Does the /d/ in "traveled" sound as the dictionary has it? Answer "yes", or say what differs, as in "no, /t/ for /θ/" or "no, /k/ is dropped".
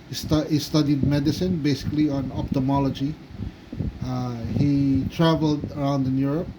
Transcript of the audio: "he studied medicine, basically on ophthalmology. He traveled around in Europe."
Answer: yes